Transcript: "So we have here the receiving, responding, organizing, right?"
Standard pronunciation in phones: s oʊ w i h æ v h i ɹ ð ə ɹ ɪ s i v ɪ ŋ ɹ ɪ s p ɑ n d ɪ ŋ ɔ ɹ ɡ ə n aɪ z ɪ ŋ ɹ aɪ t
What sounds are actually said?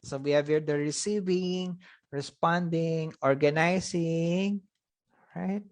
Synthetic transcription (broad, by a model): s oʊ w i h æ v h i ɹ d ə ɹ ɪ s i v ɪ ŋ ɹ ɪ s p ɑ n d ɪ ŋ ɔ ɹ ɡ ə n aɪ s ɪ ŋ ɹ aɪ t